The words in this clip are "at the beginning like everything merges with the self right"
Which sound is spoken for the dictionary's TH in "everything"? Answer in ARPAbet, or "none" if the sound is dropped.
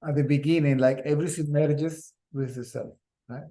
S